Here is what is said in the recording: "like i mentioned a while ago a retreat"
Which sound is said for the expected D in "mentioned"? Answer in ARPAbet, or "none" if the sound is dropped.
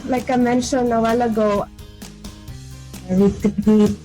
none